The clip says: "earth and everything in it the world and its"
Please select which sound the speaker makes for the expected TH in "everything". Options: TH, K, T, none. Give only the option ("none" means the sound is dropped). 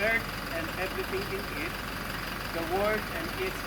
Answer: T